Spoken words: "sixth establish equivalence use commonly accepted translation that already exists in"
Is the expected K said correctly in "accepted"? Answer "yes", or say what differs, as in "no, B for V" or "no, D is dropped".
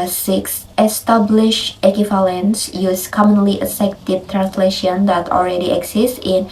no, K is dropped